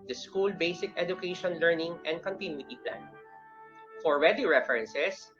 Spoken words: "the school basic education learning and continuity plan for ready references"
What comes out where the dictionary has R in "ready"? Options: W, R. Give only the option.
W